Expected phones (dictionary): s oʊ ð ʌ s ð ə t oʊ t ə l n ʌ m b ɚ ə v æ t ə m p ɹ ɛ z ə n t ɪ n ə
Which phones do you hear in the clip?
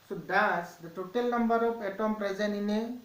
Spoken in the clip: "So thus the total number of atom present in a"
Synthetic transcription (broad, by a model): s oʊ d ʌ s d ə t oʊ t ə l n ʌ m b ɚ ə p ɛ t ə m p ɹ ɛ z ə n ɪ n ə